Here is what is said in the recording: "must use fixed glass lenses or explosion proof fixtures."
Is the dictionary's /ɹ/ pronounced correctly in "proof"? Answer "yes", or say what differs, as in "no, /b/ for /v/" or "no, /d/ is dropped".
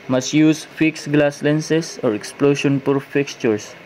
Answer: no, /ɹ/ is dropped